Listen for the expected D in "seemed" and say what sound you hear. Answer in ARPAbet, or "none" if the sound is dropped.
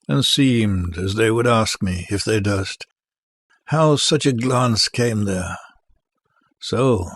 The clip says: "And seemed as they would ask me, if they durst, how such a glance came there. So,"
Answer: D